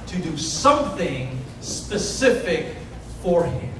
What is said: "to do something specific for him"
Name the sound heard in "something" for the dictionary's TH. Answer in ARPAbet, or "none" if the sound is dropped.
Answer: TH